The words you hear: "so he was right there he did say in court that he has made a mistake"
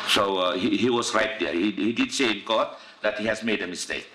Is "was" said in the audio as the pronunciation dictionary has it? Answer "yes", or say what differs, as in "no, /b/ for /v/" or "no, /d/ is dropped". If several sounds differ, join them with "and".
no, /s/ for /z/